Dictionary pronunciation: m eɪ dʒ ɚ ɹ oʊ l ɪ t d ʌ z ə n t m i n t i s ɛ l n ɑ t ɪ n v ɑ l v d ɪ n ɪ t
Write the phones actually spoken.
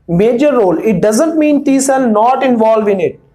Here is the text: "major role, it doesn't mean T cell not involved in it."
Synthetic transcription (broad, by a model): m eɪ dʒ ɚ ɹ oʊ l ɪ t d ʌ z ə n t m i n t i s ɛ l n ɑ t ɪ n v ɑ l v ɪ n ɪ t